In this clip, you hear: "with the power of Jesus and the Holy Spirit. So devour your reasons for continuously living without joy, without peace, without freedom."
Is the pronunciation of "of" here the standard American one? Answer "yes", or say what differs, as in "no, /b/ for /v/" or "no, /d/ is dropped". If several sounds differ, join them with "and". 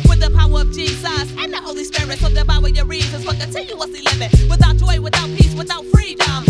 yes